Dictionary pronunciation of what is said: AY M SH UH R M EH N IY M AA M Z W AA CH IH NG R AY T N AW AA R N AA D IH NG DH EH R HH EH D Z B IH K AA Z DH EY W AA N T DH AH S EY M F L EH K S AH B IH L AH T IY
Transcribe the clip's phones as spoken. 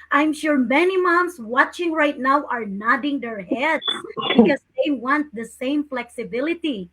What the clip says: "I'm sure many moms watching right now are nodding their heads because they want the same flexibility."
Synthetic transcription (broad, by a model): AY M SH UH R M EH N IY M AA M S W AA CH IH NG R AY T N AW AA R N AA D IH NG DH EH R HH EH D S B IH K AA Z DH EY W AA N T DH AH S EY M F L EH K S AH B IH L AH T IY